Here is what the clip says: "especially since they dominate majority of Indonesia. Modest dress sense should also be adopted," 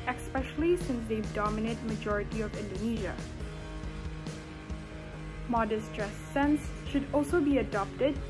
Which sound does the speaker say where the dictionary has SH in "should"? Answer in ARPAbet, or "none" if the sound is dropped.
SH